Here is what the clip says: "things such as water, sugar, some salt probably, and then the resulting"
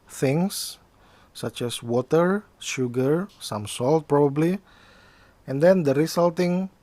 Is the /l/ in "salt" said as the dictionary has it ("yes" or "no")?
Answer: yes